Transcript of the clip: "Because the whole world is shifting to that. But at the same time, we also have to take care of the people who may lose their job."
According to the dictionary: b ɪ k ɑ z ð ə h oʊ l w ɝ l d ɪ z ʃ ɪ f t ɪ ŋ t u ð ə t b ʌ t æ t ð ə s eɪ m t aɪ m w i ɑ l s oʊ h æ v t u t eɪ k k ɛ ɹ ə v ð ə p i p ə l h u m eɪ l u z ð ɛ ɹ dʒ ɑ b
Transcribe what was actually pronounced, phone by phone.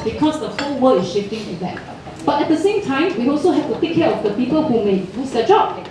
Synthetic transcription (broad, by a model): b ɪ k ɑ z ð ə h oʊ w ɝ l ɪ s ʃ ɪ f t ɪ ŋ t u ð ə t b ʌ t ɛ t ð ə s eɪ m t aɪ m w i ɑ l s oʊ h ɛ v t u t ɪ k k ɛ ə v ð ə p i p ə l h u m eɪ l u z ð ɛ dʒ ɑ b